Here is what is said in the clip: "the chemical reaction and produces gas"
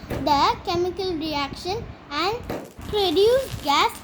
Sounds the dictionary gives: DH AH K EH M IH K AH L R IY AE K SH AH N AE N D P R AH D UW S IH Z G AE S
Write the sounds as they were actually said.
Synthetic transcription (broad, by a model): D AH K EH M IH K AH L R IY AE K SH AH N AE N D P R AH D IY IH G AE S